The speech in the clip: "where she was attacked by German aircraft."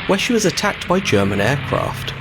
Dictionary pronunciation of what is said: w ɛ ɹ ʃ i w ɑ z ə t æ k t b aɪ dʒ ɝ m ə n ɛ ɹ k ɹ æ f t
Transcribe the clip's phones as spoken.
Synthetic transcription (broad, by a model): w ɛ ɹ ʃ i w ɑ z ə t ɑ k t b aɪ dʒ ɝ m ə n ɛ k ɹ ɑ f t